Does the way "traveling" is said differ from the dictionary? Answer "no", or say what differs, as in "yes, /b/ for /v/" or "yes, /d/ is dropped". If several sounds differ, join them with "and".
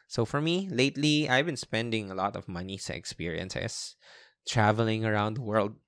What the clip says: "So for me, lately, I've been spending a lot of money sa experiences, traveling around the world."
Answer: no